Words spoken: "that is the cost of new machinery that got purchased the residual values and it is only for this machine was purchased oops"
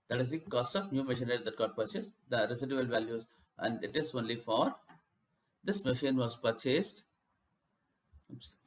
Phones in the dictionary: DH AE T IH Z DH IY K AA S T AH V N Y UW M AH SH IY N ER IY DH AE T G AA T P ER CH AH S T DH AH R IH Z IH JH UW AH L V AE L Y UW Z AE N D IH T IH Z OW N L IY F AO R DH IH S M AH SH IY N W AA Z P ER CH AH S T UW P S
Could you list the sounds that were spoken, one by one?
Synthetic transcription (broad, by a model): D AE T IH Z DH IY K AA S T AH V N Y UW M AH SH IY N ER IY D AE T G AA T P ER CH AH S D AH R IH S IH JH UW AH L V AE L Y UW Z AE N D IH T IH Z OW N L IY F AO R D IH S M AH SH IY N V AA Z P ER CH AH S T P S